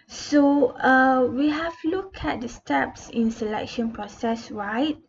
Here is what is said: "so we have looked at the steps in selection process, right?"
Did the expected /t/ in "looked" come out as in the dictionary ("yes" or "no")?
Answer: no